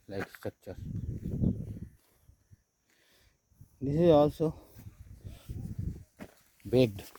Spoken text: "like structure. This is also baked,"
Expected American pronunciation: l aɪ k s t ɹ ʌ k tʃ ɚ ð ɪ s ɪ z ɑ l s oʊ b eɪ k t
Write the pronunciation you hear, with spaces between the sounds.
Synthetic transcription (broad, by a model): l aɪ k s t ʌ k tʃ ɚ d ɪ s ɪ z ɑ l s oʊ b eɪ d